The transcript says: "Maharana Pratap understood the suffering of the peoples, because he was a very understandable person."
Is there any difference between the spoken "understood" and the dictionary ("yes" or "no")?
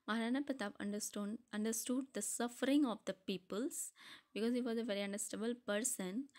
no